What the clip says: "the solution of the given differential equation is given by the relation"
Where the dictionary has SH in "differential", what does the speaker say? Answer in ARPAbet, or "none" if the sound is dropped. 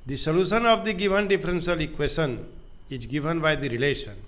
S